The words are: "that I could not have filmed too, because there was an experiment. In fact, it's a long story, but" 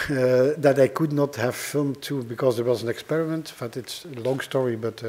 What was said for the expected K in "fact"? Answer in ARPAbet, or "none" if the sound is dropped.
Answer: none